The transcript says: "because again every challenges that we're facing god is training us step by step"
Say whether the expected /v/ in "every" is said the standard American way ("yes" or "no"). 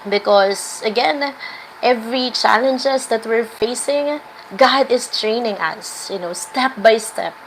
yes